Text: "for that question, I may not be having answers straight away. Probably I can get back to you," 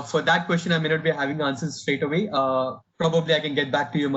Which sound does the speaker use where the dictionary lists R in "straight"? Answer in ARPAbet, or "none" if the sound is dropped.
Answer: R